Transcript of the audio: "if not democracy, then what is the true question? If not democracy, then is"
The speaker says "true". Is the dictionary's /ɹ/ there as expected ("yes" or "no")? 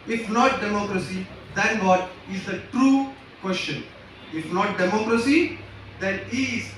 yes